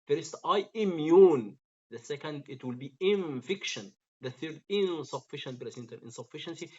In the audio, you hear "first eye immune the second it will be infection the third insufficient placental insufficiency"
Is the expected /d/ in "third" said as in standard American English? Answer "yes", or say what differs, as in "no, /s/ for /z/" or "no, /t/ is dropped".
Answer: yes